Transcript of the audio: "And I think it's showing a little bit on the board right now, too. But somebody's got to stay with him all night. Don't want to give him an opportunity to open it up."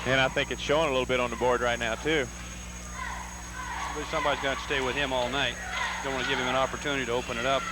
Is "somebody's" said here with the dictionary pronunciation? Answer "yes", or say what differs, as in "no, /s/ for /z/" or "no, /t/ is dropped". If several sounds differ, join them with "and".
yes